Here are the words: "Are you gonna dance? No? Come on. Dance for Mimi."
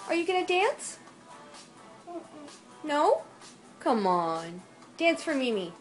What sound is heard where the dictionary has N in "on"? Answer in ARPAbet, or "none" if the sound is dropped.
N